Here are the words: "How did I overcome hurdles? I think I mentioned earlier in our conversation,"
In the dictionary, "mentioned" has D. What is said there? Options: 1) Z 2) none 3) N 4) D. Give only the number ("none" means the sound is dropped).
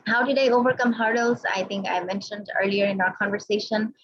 4